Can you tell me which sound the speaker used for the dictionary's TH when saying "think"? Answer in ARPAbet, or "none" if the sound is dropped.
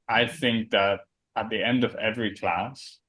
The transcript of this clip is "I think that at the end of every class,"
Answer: TH